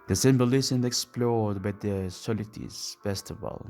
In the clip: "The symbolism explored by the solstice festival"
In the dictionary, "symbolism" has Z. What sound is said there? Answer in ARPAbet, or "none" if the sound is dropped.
S